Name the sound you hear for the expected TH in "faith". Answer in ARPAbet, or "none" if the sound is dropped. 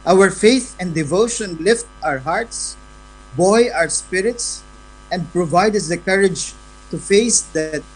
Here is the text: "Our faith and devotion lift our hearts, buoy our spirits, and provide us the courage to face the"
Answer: TH